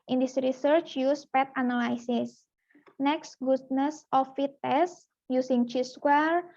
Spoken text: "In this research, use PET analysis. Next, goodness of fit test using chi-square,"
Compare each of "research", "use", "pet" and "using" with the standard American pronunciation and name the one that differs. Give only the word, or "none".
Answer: using